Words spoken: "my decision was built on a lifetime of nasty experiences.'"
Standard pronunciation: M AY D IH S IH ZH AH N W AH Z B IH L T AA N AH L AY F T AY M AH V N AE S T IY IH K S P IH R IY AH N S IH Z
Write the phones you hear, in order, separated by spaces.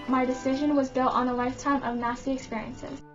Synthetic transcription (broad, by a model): M AY D IH S IH ZH AH N W AH Z B IH L T N AH L AY F T AY M AH V N AE S T IY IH K S P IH R IY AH N S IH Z